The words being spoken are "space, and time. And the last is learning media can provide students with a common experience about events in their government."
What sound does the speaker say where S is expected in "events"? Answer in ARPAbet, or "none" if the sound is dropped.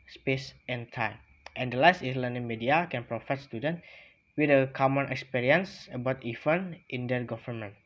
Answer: none